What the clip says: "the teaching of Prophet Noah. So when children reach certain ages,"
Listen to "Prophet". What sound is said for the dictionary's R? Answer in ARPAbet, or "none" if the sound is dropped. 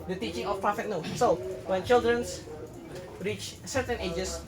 none